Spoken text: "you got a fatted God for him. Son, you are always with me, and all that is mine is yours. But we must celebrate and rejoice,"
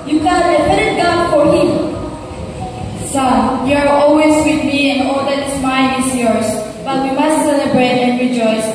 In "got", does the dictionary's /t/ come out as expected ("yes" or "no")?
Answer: no